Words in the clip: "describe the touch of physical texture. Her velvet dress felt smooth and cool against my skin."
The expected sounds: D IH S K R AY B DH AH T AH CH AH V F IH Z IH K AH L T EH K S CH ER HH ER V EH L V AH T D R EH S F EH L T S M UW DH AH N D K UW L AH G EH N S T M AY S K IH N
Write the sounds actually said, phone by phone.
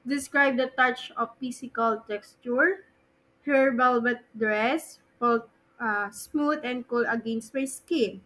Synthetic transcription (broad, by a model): D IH S K R AY B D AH T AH CH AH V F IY S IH K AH L T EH K S CH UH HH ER B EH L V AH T D R EH S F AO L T S M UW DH AH N D K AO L AH G EH N S T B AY S K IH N